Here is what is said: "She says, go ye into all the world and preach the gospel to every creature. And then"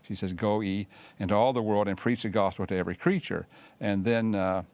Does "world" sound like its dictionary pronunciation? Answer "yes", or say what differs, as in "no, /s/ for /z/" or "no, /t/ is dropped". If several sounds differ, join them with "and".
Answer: yes